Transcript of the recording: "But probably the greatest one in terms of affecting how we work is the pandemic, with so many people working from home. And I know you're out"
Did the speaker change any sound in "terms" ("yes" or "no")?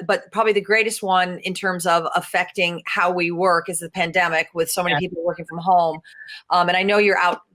no